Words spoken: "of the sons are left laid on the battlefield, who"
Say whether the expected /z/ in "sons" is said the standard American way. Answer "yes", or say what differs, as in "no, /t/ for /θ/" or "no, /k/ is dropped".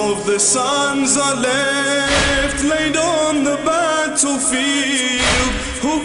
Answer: yes